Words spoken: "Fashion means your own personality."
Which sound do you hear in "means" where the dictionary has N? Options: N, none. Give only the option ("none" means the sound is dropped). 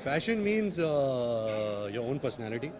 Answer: N